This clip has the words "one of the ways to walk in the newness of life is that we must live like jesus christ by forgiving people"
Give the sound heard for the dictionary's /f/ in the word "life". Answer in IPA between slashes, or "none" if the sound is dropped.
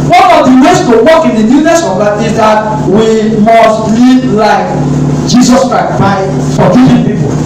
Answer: none